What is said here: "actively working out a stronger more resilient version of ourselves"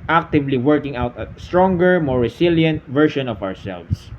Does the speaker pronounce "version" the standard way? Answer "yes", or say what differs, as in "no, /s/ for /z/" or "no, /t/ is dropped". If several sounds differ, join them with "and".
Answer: no, /ʃ/ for /ʒ/